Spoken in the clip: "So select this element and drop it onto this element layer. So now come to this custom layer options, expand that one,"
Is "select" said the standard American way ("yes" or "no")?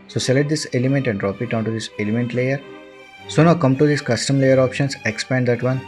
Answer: no